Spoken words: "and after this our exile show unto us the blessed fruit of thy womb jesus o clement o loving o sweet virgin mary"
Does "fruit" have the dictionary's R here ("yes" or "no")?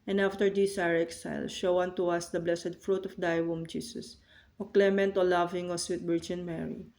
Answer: yes